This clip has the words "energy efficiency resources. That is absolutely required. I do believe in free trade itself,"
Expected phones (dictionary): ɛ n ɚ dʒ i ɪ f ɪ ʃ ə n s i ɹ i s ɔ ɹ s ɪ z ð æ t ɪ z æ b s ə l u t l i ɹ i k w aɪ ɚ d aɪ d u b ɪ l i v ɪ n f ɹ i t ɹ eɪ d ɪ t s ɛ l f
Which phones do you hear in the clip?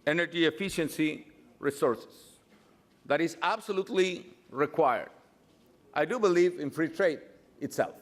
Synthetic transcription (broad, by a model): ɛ n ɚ dʒ i ɪ f ɪ ʃ ə n s i ɹ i s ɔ ɹ s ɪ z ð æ t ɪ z æ b s ə l u t l i ɹ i k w aɪ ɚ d aɪ d u b ɪ l i v ɪ n f ɹ i t ɹ eɪ d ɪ t s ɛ l f